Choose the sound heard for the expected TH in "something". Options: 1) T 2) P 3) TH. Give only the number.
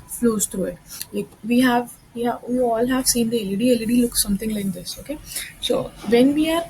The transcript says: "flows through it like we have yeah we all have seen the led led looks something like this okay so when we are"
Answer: 1